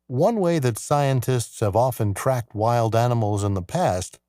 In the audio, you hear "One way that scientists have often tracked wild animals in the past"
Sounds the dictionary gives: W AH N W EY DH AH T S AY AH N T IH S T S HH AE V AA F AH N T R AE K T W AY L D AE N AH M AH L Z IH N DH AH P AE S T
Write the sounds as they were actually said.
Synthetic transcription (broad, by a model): W AH N W EY DH AH T S AY AH N T IH S T S HH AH V AA F AH N T R AE K T W AY L D AE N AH M L Z IH N DH AH P AE S T